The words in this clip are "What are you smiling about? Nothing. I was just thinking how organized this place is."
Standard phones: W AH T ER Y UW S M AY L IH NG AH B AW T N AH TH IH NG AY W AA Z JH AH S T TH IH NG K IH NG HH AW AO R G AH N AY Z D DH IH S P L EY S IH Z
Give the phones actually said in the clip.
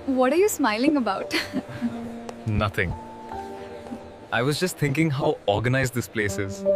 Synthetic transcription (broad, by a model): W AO T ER Y UW S M AY L IH NG AH B AW T N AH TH IH NG AY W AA Z JH AH S T T IH NG K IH NG HH AW AO R G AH N AY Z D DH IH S P L EY S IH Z